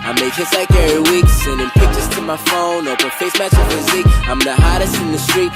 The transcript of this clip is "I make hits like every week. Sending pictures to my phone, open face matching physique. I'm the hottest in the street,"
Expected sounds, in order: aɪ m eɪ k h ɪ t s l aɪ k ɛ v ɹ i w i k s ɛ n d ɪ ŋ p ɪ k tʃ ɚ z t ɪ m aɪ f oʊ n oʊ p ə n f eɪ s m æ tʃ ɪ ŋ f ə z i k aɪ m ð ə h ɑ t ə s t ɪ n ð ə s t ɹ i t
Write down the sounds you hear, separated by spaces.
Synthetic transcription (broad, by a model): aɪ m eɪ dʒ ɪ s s l aɪ k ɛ ɹ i w i k s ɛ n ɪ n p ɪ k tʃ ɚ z t ɪ m aɪ f oʊ n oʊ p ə f eɪ s m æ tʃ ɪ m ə z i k aɪ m ð ə h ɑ t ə s t ɪ n ð ə s t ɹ i t